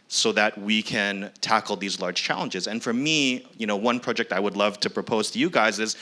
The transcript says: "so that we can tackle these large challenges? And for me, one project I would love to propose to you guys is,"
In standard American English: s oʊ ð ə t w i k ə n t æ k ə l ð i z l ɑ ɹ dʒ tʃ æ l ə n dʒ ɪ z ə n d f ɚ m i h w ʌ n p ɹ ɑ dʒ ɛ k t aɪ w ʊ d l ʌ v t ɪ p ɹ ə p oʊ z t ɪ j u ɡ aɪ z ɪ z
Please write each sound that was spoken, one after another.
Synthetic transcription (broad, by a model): s oʊ ð ə t w i k ə n t æ k l ð i z l ɑ ɹ dʒ tʃ æ l ə n dʒ ɪ z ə n f ɚ m i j w ʌ n p ɹ ɑ dʒ ɛ k t aɪ w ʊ d l ʌ v t ɪ p ɹ ə p oʊ z t ɪ j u ɡ aɪ z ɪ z